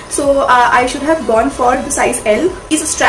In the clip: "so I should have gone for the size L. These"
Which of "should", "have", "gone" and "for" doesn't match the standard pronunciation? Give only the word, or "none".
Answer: none